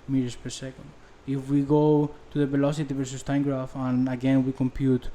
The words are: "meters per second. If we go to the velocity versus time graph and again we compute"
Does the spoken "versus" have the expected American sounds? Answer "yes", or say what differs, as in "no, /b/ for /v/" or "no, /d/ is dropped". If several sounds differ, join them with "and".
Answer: yes